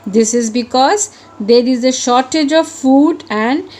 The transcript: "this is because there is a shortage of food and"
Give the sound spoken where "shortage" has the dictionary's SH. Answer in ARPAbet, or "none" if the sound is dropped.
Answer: SH